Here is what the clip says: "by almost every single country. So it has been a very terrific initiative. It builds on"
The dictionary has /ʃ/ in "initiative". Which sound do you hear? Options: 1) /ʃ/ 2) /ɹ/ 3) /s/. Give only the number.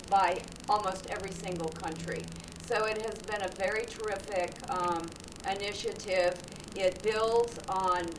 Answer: 1